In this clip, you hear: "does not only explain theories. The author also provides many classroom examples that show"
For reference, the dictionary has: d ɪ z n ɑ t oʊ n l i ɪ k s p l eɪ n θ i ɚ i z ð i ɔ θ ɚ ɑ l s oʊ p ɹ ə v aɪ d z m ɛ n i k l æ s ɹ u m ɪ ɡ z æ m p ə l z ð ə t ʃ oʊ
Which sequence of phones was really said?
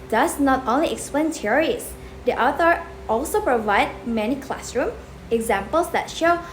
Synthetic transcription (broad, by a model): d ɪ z n ɑ t oʊ n l i ɪ k s p l eɪ n t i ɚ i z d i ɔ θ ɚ ɑ l s oʊ p ɹ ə v aɪ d m ɛ n i k l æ s ɹ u m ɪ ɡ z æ m p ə l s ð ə t ʃ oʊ